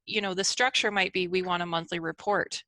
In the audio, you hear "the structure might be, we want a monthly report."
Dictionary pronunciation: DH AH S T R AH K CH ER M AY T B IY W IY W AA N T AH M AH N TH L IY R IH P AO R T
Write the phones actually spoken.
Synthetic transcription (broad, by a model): DH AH S T R AH K CH ER M AY T B IY W IY W AA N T AH M AH N TH L IY R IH P AO R T